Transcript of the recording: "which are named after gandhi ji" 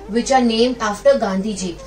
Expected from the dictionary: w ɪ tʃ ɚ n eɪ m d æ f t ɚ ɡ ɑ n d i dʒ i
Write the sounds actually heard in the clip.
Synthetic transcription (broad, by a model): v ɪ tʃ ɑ n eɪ m ɑ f t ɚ ɡ ɑ n d i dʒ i